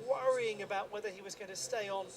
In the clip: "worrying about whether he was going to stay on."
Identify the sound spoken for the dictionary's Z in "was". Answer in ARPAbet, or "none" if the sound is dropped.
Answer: Z